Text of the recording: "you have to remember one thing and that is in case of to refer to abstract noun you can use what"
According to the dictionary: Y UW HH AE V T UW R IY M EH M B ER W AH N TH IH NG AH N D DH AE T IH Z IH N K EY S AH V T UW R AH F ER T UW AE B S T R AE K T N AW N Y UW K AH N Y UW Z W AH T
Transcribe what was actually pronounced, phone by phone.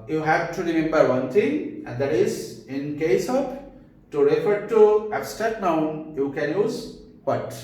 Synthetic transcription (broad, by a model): Y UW HH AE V T UW R IY M EH M B ER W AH N T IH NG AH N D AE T IH Z IH N K EY S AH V T UW R AH F ER T UW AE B S T AH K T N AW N Y UW K AH N Y UW Z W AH T